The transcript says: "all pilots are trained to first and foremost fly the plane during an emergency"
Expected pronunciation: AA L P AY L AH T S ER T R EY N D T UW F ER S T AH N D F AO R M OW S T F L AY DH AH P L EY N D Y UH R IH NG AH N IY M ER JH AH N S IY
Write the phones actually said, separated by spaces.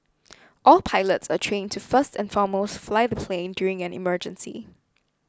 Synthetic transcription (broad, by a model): AA L P AY L AH T S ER T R EY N T UW F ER S T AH N F AO M OW S T F L AY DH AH P L EY N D Y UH R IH NG AH N IY M ER JH AH N S IY